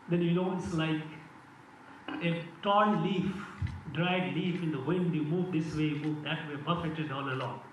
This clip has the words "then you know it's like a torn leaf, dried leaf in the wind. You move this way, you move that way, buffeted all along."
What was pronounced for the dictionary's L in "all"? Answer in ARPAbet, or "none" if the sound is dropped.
N